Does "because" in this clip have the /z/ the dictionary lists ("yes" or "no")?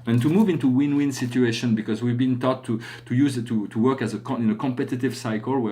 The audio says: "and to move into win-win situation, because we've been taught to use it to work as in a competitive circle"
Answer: yes